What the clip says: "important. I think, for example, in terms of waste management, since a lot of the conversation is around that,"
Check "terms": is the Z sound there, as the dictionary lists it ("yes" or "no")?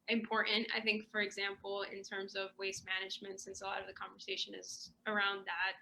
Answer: yes